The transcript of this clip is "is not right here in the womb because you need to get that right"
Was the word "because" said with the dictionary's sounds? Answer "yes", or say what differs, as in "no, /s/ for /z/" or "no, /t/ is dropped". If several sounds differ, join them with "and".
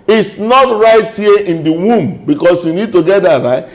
no, /s/ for /z/